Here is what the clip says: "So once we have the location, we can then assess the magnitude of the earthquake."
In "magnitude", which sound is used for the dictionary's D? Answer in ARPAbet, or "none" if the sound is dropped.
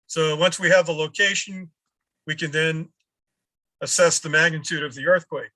D